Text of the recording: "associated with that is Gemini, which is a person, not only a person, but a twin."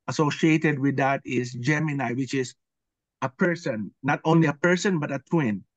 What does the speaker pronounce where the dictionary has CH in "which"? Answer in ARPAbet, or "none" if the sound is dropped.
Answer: CH